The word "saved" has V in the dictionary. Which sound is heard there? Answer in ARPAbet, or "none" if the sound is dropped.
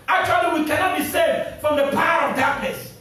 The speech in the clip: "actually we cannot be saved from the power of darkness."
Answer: none